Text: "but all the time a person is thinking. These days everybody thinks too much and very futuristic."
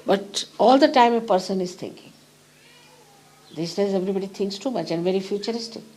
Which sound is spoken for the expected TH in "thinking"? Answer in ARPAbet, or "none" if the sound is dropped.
T